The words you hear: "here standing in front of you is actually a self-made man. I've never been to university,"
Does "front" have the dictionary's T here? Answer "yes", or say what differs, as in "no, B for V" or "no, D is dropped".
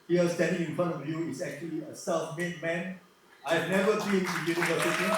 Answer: no, T is dropped